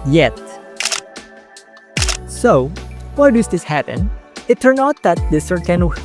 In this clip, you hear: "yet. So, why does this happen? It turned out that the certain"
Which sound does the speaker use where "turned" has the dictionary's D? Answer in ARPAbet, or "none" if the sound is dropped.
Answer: none